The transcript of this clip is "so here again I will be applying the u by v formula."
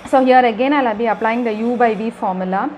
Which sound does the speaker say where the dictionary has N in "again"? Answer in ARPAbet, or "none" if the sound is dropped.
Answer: N